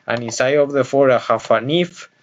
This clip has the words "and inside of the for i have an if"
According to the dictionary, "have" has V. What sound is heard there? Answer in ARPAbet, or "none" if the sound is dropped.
F